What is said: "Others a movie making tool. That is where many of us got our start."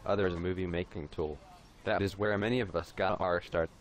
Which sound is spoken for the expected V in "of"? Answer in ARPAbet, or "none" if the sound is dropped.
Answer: V